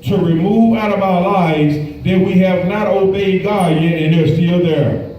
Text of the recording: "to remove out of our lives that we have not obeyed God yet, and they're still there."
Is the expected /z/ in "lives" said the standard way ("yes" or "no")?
yes